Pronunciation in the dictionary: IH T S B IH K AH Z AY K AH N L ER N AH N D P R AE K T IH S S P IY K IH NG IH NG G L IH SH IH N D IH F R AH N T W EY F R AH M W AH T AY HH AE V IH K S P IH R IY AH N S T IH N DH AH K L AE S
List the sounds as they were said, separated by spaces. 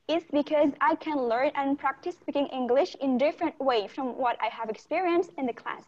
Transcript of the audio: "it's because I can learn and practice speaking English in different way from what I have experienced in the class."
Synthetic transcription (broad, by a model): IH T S B IH K AH Z AY K AH N L ER N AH N P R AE K T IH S S P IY K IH NG IH NG G L IH SH IH N D IH F R AH N T W EY F R AH M W AH T AY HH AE V IH K S P IH R IY AH N S T IH N DH AH K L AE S